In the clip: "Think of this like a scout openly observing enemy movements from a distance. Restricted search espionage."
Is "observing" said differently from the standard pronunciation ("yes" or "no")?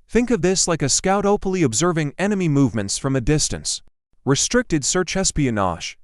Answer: no